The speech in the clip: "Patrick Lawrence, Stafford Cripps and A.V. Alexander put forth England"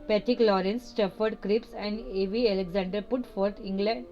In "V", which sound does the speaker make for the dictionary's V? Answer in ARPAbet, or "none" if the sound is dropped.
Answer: V